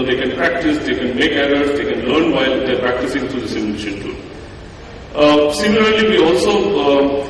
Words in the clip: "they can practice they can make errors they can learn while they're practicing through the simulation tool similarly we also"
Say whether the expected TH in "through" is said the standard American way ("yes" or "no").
no